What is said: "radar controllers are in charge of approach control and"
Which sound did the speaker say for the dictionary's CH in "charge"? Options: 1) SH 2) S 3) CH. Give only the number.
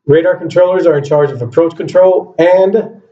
3